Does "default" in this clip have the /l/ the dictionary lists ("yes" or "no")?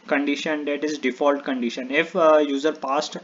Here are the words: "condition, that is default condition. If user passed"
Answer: yes